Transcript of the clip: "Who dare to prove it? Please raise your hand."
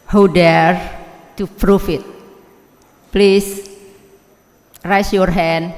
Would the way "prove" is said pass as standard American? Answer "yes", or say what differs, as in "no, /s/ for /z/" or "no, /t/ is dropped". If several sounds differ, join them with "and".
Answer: no, /f/ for /v/